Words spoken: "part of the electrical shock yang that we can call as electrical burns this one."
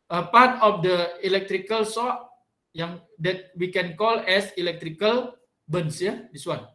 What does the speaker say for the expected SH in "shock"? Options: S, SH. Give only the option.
S